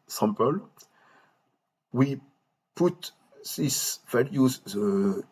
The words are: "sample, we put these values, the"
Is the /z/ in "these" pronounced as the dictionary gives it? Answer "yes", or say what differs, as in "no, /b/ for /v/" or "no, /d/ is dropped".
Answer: no, /s/ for /z/